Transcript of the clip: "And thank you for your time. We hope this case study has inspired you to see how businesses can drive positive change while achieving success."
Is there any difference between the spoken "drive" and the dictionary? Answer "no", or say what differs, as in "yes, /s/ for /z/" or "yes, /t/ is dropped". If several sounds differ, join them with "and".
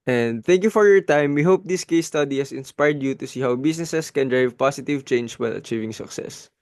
no